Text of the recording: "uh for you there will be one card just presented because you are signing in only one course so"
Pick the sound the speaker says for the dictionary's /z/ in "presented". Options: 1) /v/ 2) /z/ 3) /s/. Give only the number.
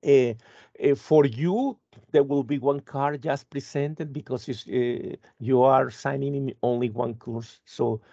3